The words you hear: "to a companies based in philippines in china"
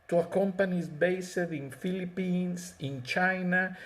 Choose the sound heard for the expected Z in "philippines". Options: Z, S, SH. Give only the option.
S